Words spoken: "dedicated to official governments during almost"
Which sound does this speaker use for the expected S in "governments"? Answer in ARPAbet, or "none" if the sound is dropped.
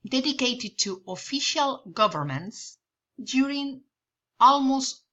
S